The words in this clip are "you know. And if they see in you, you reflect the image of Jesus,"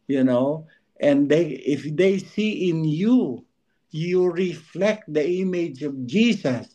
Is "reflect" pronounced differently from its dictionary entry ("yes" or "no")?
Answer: no